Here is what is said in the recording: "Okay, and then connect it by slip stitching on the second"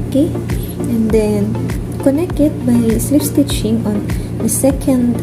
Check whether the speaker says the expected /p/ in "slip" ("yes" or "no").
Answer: no